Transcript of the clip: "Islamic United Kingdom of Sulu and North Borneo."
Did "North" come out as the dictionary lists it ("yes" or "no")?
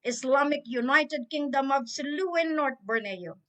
no